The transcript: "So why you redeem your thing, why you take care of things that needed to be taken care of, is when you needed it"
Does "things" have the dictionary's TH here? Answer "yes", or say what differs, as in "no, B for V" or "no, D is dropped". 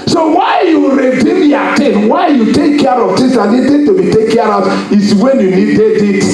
no, T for TH